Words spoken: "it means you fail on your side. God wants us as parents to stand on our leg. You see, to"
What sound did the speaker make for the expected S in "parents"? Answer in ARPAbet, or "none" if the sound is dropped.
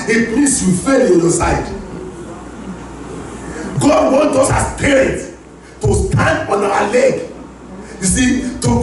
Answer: none